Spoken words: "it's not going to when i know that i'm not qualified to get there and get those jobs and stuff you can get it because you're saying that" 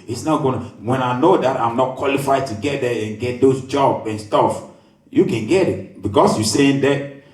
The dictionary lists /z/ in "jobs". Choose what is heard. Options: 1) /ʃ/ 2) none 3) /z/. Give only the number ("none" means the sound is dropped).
2